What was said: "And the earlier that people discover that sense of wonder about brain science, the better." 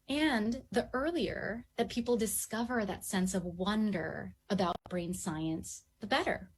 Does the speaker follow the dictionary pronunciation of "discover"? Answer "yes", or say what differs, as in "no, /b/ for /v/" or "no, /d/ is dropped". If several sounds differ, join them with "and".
yes